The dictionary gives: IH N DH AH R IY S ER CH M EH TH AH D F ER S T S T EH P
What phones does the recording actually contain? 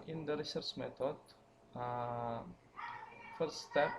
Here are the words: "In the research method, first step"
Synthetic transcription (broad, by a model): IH N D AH R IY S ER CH M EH T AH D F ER T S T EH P